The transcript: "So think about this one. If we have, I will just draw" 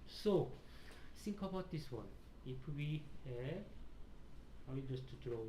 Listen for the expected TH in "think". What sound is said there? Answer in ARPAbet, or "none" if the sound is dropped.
S